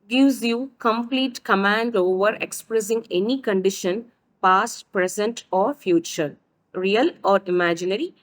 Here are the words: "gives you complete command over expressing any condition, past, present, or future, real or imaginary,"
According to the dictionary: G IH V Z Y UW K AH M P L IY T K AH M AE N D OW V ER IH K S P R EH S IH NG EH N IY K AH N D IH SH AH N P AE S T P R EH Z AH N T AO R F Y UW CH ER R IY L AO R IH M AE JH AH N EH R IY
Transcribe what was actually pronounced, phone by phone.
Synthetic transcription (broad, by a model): G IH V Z Y UW K AH M P L IY T K AH M AE N D OW V ER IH K S P R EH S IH NG EH N IY K AH N D IH SH AH N P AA S T P R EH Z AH N T AO R F Y UW CH ER R IY L AO R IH M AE JH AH N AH R IY